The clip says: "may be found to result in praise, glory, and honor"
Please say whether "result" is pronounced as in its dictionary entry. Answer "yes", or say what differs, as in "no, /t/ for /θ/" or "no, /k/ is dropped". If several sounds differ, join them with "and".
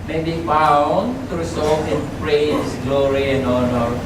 no, /s/ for /z/